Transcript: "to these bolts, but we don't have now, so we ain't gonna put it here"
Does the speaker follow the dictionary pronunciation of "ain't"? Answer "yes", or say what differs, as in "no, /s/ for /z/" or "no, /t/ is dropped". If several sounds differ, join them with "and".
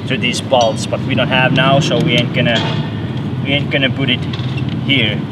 yes